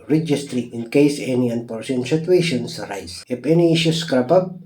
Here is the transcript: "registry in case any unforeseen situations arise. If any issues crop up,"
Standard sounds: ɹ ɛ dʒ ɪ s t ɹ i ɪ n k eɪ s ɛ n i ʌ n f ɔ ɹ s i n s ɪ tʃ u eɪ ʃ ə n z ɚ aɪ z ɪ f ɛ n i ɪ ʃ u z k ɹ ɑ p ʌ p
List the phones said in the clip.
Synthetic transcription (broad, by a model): ɹ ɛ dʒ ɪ s t ɹ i ɪ n k eɪ s ɛ n i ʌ n p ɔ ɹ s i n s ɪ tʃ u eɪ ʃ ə n s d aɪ s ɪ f ɛ n i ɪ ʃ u s k ɹ ɑ p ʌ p